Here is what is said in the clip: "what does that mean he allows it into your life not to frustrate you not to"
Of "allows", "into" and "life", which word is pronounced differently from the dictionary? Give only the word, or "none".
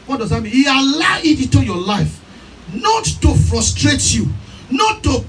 allows